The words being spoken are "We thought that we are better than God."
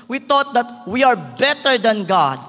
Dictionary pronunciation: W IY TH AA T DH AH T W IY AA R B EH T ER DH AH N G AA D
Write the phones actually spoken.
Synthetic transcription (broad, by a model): W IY T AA T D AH T W IY AA R B EH T ER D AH N G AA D